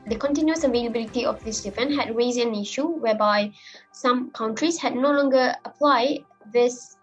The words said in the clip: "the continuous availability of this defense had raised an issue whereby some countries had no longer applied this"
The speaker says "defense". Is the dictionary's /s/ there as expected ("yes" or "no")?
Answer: no